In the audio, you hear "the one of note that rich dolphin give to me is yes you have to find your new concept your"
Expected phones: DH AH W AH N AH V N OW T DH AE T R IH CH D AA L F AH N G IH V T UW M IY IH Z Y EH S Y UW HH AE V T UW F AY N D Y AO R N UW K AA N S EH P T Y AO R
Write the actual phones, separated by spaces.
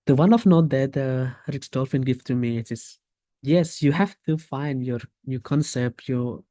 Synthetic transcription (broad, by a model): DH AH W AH N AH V N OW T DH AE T R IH S D AA L F AH N G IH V T UW M IY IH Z Y EH S Y UW HH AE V T UW F AY N D Y AO R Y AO K AA N S EH P T Y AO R